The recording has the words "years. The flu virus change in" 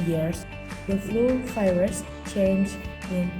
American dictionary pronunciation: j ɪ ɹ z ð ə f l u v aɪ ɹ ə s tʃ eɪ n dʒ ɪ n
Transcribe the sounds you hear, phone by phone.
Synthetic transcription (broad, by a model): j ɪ ɹ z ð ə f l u f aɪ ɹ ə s tʃ eɪ n dʒ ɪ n